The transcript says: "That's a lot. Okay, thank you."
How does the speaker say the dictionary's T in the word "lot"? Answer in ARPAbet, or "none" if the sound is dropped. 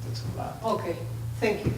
none